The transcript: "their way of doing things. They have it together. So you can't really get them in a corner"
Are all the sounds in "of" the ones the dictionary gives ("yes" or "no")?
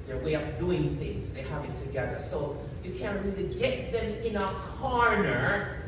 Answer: no